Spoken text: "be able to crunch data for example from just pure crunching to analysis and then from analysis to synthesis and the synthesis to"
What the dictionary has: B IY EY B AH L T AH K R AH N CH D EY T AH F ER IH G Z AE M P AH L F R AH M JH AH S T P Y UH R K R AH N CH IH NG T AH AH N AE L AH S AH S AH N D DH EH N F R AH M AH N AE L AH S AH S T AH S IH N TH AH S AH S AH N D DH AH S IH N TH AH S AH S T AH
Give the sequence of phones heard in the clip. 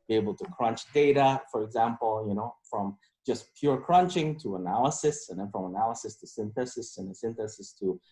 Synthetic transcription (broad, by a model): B IY EY B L T AH K R AH N CH D EY T AH F ER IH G Z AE M P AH N F R AH M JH AH S P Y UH R K R AH N CH IH NG T AH AH N AE L AH S AH S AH N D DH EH N F R AH M AH N AE L AH S AH S T AH S IH N TH AH S AH S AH N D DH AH S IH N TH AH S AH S T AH